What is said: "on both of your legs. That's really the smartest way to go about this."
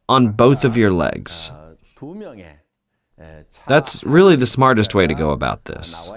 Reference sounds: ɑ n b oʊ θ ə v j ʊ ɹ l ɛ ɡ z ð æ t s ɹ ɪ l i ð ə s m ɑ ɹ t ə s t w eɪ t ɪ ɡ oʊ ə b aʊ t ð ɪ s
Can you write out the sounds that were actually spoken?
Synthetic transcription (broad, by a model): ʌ n b oʊ θ ə v j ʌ ɹ l ɛ ɡ z ð æ t s ɹ ɪ l i ð ə s m ɑ ɹ t ə s t w eɪ t ɪ ɡ oʊ ə b aʊ t ð ɪ s